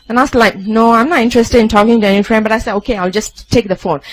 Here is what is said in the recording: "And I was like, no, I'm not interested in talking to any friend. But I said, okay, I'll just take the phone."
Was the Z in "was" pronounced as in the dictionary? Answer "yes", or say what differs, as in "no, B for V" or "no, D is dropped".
no, S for Z